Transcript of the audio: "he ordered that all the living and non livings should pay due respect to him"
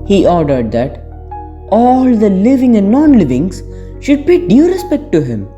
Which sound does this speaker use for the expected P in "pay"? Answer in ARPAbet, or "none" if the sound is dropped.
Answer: B